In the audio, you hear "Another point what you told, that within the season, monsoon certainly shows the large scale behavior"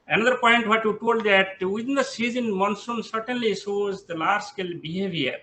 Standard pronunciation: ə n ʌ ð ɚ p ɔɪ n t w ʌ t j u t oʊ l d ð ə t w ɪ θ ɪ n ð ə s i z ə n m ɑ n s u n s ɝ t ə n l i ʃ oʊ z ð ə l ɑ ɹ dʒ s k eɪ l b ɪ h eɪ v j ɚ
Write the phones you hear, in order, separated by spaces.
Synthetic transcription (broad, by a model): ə n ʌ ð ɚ p ɔɪ n t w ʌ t j u t oʊ l d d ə t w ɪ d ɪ n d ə s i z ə n m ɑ n s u n s ɝ t ə n l i s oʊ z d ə l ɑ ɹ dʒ s k eɪ l b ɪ h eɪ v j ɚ